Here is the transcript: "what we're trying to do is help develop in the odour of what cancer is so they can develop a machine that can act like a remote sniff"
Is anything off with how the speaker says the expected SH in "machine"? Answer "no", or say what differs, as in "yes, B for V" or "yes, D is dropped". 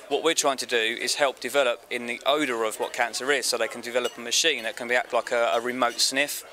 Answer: no